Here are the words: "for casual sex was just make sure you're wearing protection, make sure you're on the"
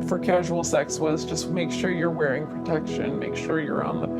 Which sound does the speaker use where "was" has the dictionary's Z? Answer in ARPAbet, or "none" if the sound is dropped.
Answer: Z